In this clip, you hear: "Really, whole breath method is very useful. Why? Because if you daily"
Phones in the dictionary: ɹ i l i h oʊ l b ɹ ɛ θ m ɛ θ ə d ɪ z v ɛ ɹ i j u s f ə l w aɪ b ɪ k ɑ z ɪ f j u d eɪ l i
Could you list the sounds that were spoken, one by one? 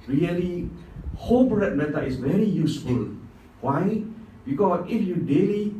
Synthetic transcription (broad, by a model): ɹ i l i h oʊ l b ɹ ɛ t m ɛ t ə ɪ s v ɛ ɹ i j u s f ə l w aɪ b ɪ k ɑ s ɪ f j u d eɪ l i